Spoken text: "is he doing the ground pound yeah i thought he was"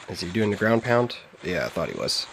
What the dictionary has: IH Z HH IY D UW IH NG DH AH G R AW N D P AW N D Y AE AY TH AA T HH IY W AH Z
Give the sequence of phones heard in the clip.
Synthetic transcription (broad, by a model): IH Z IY D UW IH NG DH AH G R AW N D P AW N D Y AE AY TH AA T HH IY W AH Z